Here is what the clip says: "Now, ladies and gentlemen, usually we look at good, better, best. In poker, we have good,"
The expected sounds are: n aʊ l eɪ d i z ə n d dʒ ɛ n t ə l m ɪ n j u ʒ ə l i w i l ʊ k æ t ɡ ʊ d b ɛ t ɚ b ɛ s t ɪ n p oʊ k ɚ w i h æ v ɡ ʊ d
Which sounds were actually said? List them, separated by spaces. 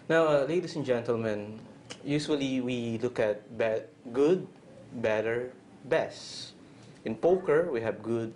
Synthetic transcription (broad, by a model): n aʊ l eɪ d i s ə n dʒ ɛ n t ə l m ɪ n j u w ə l i w i l ʊ k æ t ɡ ʊ d b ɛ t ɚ b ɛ s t ɪ n p oʊ k ɚ w i h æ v ɡ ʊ d